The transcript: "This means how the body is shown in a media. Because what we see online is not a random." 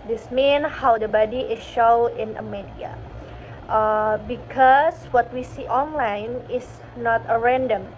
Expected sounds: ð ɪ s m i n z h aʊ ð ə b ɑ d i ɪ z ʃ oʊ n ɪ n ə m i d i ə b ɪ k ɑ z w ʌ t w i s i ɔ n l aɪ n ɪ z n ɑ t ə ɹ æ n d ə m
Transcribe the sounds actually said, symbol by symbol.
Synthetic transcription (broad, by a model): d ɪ s m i n h aʊ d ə b ɑ d i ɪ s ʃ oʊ ɪ n ə m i d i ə b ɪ k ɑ s w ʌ t w i s i ɔ n l aɪ n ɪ s n ɑ t ə ɹ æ n d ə m